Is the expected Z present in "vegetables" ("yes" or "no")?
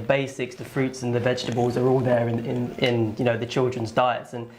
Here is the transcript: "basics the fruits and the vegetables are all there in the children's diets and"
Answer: yes